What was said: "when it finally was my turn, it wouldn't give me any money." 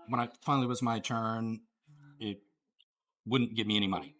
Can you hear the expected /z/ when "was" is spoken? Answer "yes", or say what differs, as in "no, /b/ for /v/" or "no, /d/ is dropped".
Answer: yes